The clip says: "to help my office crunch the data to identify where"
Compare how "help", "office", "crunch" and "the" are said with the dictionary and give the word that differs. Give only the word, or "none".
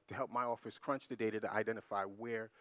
none